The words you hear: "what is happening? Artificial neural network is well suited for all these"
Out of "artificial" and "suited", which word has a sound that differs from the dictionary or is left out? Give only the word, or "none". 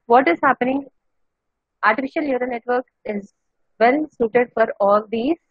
none